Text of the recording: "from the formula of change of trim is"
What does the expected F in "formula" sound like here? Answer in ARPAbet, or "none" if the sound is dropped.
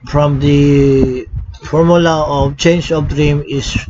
F